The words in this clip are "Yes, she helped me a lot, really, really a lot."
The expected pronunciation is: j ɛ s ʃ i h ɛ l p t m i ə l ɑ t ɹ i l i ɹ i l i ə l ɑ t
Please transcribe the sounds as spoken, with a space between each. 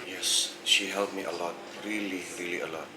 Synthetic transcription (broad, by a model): j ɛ s ʃ i h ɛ l t m i ə l ɑ t ɹ i l i ɹ i l i ə l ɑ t